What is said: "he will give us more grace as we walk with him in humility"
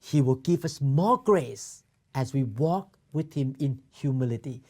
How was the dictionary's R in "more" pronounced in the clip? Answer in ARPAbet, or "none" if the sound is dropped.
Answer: L